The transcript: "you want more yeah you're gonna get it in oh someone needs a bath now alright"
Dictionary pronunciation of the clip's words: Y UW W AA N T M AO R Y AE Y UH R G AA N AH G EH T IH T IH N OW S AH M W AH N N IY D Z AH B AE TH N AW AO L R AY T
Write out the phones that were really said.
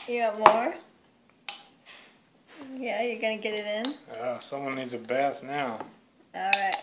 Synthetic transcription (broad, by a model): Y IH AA T M AO R Y AE Y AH R G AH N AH G EH T IH T IH N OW S AH M W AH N N IY D Z AH B AE TH N AW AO L R AY T